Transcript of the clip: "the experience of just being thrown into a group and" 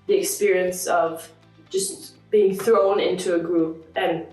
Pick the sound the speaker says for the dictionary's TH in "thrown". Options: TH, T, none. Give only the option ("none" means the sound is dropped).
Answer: TH